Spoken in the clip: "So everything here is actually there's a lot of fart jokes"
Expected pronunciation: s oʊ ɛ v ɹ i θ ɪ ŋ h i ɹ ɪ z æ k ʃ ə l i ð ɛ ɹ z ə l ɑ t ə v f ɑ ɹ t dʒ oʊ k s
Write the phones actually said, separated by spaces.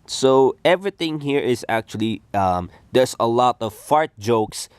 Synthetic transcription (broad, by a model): s oʊ ɛ v ɹ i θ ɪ ŋ h i ɹ ɪ z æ k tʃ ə l i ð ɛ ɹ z ə l ɑ t ə v f ɑ ɹ t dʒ oʊ k s